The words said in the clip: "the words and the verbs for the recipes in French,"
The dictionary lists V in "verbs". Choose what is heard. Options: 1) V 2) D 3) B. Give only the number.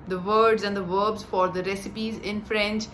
1